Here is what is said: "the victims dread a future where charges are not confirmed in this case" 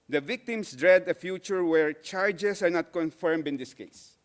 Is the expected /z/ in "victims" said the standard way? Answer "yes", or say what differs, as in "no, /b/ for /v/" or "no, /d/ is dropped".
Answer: no, /s/ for /z/